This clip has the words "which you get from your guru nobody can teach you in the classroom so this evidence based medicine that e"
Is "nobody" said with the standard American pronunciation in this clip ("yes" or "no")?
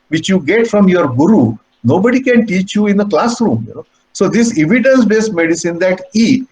yes